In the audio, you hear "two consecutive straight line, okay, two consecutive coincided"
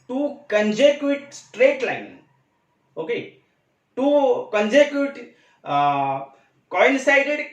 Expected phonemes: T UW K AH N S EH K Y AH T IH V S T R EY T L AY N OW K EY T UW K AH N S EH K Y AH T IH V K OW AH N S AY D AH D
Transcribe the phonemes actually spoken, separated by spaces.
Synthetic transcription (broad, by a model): T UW K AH N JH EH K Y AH T S T R EY T L AY N OW K EY T UW K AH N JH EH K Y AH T K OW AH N S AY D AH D